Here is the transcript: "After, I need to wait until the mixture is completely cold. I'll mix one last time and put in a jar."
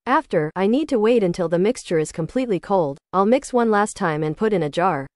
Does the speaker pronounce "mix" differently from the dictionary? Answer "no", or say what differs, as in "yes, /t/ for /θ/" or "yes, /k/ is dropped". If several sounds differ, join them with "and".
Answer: no